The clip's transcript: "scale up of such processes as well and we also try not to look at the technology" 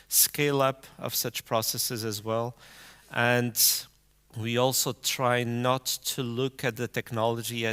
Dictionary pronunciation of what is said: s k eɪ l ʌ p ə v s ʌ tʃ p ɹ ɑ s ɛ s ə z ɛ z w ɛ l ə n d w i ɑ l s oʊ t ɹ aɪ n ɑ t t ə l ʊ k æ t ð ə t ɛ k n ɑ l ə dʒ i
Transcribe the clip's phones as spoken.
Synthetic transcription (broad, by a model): s k eɪ l ʌ p ə v s ʌ tʃ p ɹ ɑ s ɛ s ə z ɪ z w ɛ l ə n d w i ɑ l s oʊ t ɹ aɪ n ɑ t t ə l ʊ k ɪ t ð ə t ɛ k n ɑ l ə dʒ i